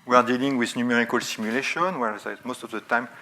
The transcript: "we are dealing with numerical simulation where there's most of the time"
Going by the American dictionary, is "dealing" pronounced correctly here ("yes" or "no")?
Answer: yes